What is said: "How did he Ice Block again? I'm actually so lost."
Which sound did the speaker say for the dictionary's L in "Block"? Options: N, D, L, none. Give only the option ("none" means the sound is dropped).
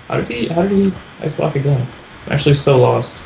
none